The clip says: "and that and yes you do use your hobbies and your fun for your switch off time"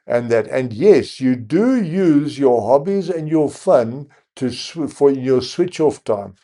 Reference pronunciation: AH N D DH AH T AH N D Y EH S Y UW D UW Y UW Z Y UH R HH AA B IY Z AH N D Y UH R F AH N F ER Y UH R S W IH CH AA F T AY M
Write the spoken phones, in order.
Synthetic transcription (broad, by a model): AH N DH AH T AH N Y EH S Y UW D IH Y UW Z Y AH R HH AA B IY Z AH N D Y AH R F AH N F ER Y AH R S W IH CH AA F T AY M